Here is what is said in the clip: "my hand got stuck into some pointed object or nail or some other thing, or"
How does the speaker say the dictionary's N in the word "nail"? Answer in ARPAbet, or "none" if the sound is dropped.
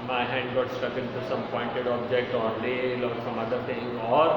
L